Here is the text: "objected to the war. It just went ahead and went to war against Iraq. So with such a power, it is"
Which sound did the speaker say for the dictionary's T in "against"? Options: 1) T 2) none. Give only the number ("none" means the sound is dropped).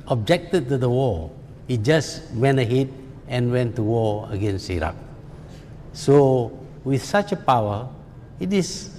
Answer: 2